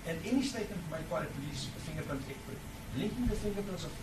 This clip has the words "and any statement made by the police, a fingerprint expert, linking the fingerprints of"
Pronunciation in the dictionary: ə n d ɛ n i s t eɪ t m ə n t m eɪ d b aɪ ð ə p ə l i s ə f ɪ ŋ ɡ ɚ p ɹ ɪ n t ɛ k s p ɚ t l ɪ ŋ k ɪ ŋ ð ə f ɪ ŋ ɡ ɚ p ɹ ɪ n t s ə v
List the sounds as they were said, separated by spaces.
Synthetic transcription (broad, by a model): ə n ɛ n i s t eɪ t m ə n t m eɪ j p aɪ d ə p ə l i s ə f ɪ ŋ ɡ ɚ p ʌ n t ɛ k p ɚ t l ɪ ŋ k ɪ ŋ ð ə f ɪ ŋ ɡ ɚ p ʌ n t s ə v